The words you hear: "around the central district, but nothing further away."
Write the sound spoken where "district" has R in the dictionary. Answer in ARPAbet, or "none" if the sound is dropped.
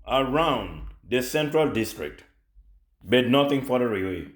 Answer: R